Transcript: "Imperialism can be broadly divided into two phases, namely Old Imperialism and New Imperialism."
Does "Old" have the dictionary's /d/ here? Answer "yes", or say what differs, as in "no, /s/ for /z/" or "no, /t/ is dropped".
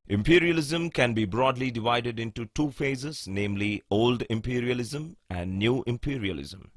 yes